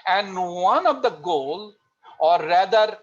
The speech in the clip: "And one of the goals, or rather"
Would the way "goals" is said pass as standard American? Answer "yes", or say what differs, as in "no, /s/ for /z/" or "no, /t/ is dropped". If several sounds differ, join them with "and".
no, /z/ is dropped